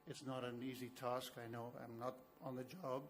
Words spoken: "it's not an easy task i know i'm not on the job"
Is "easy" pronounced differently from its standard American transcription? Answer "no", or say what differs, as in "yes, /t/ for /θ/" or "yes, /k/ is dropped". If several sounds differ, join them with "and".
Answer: no